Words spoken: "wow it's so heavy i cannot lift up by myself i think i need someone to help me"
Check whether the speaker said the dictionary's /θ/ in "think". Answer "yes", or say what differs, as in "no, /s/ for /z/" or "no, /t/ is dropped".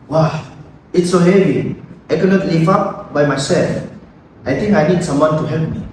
no, /t/ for /θ/